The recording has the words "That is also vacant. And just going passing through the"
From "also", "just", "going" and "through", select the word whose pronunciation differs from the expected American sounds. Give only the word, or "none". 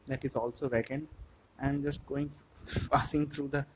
through